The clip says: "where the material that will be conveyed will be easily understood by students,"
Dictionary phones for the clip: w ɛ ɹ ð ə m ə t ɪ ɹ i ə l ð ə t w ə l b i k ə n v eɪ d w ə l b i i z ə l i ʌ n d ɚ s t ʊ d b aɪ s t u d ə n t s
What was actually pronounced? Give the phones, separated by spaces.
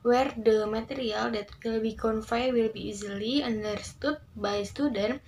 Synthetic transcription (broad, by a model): w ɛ ɹ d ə m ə t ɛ ɹ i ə l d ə t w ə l b i k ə n f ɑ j w ə l b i i z ə l i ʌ n d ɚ s t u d b aɪ s t u d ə n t